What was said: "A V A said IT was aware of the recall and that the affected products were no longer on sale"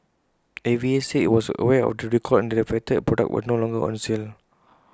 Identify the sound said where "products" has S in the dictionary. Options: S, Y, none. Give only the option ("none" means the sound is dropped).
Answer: none